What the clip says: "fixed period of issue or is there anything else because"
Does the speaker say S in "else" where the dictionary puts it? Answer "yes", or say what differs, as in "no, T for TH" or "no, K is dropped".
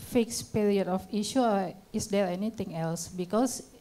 yes